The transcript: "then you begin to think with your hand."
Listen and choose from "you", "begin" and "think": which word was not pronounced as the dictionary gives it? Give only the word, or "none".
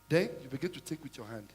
think